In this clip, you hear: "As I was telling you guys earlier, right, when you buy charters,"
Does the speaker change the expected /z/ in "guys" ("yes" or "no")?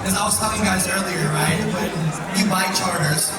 no